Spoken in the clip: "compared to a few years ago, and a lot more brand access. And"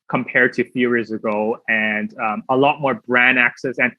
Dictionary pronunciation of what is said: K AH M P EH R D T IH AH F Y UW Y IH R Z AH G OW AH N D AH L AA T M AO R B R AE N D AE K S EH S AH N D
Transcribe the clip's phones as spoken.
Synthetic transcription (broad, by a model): K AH M P EH R D T IH F Y UW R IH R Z AH G OW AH N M AH L AA T M AO R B R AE N AE K S EH S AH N